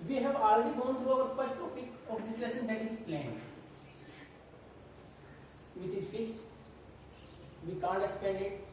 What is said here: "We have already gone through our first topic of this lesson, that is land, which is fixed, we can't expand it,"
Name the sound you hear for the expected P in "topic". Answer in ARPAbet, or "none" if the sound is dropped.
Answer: none